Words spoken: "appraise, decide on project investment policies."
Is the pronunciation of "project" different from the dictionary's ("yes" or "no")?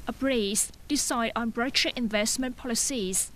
yes